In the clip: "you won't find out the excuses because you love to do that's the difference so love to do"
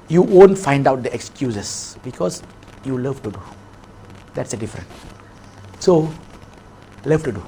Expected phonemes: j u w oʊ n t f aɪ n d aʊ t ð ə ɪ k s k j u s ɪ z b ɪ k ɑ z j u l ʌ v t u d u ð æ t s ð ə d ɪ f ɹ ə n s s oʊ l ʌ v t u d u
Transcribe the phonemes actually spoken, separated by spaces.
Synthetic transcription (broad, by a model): j u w oʊ n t f aɪ n d aʊ t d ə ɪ k s k j u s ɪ s b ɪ k ɑ s j u l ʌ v t u d u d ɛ t s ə d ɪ f ɹ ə n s s oʊ l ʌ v t u d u